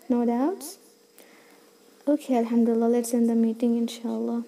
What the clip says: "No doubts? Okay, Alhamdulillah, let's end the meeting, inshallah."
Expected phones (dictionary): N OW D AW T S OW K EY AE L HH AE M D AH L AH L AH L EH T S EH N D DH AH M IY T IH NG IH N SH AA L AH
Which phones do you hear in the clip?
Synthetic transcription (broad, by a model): N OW D AW T S OW K EY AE L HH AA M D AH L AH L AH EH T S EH N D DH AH M IY T IH NG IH N SH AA L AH